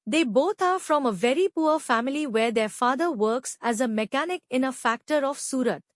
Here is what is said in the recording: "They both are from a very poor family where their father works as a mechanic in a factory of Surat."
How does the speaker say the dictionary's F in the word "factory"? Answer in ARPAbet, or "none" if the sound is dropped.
F